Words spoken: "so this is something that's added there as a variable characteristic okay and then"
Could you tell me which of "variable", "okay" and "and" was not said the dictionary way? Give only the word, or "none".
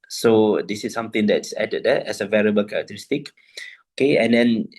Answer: none